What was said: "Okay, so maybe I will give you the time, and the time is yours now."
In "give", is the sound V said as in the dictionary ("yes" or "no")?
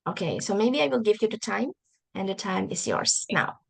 yes